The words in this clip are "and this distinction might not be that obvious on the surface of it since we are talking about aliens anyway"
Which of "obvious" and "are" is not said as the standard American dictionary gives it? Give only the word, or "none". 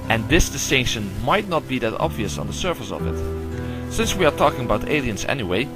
none